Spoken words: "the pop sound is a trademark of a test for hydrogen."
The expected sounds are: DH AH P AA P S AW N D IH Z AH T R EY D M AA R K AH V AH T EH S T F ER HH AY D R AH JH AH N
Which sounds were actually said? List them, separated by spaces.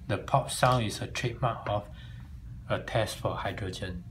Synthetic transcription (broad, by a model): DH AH P AA P S AW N IH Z AH T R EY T M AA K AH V AH T EH S T F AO HH AY D R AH JH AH N